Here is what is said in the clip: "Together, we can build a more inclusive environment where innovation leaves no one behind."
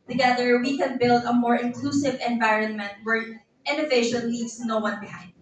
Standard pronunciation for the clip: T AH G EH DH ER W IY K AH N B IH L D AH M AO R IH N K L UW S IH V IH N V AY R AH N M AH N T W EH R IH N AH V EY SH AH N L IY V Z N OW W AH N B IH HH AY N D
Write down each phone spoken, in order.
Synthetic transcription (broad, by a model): T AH G EH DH ER W IY K AH N B IH L D AH M AO R IH N K L UW S IH V IH N V AY R AH N M AH N T W EH R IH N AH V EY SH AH L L IY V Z N OW W AH N B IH HH AY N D